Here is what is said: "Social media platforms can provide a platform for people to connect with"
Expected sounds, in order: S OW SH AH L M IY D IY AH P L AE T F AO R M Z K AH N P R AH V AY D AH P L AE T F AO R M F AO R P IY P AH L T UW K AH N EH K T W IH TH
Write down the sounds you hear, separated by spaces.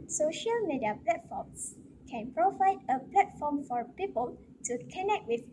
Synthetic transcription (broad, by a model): S OW SH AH L M IY D IY AH P L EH T F AO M S K AH N P R AH V AY D AH P L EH T F AO M F AO R P IY P AH L T UW K AH N EH K T W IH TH